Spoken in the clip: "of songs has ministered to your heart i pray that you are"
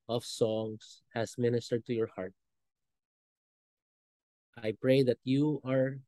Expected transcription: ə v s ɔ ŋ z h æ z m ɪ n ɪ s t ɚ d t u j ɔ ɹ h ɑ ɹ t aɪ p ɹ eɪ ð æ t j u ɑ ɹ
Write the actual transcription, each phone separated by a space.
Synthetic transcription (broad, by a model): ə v s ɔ ŋ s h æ s m ɪ n ɪ s t ɚ d t u j ɔ ɹ h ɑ ɹ t aɪ p ɹ eɪ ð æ t j u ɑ ɹ